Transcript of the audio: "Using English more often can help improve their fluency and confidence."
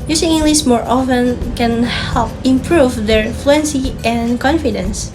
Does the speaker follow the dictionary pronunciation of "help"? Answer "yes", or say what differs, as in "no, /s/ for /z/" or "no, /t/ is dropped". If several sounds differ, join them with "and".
yes